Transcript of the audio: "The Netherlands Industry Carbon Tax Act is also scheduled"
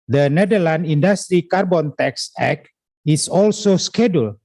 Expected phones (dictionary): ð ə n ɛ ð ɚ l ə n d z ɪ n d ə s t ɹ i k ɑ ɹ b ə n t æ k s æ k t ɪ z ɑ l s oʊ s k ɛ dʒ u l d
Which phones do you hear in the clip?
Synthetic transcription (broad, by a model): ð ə n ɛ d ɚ l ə n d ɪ n d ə s t ɹ i k ɑ ɹ b ə n t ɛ k s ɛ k ɪ s ɑ l s oʊ s k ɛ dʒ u l